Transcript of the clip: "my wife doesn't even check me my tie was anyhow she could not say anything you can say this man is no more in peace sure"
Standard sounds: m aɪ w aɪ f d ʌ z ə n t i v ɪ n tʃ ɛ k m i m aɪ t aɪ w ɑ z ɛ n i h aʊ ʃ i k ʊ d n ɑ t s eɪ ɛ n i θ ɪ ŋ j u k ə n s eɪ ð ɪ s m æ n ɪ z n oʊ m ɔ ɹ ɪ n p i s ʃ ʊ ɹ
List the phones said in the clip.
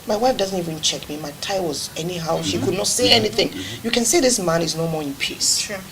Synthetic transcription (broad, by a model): m aɪ w aɪ f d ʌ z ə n t i v ɪ n tʃ ɛ k m i m aɪ t aɪ w ɑ z ɛ n i h aʊ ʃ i k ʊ d n ɑ t s eɪ ɛ n i θ ɪ ŋ j u k ə n s eɪ ð ɪ s m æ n ɪ z n oʊ m ɔ ɹ ɪ n p i s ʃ